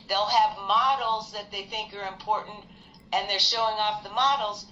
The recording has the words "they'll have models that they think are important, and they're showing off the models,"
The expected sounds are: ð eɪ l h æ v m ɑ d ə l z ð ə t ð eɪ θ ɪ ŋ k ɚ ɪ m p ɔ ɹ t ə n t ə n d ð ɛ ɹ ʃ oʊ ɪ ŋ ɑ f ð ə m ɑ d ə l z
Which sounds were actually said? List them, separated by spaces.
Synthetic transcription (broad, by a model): ð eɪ l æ v m ɑ d l z ð ə t ð eɪ θ ɪ ŋ k ɚ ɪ m p ɔ ɹ t n t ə n ð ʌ ɹ ʃ oʊ ɪ ŋ ɑ f ð ə m ɑ d l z